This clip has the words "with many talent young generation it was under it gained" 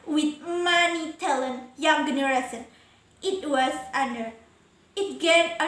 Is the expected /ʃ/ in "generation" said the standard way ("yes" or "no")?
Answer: no